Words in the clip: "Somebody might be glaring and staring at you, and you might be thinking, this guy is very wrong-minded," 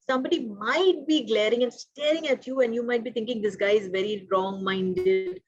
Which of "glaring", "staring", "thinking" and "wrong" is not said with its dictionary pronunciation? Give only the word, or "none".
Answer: thinking